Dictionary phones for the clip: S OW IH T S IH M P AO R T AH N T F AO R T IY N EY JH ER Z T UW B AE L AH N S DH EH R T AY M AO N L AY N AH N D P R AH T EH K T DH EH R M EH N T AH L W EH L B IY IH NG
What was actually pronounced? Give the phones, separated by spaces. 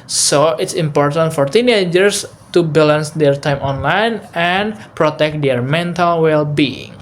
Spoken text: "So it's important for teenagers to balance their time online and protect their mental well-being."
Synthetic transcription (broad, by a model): S OW IH T S IH M P AO R T AH N T F AO R T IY N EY JH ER S T UW B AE L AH N S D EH R T AY M AO N L AY N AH N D P R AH T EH K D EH R M EH N T AH L W EH L B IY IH NG